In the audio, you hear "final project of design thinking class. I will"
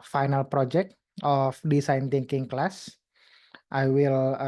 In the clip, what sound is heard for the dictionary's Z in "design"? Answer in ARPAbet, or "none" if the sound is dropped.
S